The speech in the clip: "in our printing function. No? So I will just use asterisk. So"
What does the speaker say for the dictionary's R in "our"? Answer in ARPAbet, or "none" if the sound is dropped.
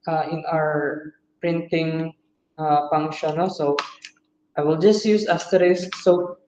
R